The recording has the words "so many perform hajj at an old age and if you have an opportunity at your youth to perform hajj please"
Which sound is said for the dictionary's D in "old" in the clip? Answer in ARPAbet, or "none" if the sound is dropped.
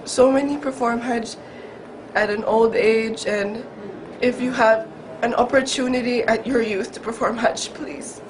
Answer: D